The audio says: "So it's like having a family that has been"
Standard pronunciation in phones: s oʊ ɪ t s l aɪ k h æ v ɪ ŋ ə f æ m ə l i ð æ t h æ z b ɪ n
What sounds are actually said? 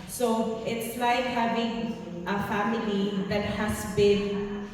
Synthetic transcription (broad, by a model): s oʊ ɪ t s l aɪ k h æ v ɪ ŋ ə f æ m ə l i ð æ t h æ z b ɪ n